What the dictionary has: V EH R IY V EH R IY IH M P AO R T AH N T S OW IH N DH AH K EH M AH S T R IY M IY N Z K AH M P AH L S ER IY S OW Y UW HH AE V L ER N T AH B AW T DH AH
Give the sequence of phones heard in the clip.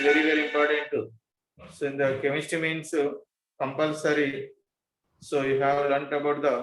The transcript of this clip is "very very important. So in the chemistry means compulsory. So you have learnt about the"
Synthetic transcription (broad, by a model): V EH R IY V EH R IY IH M P AO R T AH N T S OW IH N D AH K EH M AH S T IY M IY N S K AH M P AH L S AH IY S OW Y UW HH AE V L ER N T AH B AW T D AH